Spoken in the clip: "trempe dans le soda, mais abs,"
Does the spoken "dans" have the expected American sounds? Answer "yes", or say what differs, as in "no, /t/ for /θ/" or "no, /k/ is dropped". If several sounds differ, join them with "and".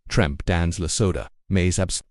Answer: yes